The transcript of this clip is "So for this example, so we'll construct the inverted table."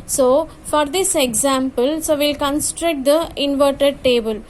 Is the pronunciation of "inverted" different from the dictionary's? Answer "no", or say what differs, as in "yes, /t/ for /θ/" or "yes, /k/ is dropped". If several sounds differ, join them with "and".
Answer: no